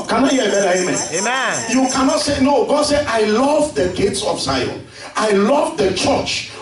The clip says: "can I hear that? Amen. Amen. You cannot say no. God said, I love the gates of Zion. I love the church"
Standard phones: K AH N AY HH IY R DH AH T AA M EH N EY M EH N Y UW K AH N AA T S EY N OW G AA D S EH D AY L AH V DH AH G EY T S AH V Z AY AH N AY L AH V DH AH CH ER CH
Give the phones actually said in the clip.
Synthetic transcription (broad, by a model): K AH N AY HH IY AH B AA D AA EY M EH Y UW K AH N AA T S EY N OW G AA D S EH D AY L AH V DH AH G EY T S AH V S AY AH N AY L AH V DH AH CH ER CH